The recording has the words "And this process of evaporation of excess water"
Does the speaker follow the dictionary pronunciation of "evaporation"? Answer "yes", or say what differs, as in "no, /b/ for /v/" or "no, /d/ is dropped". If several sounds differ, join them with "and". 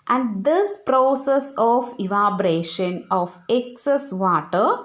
no, /b/ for /p/